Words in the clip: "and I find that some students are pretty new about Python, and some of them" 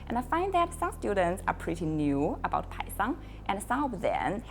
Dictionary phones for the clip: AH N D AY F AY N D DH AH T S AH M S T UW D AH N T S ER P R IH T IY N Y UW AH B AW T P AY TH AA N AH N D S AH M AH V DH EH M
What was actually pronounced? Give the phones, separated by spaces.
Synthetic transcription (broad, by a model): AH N AY F AY N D DH AH T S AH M S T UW D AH N T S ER P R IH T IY N Y UW AH B AW T P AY S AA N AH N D S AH B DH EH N